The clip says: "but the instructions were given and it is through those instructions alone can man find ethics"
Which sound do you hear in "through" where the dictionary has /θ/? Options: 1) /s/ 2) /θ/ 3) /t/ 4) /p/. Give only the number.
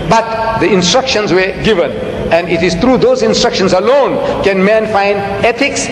3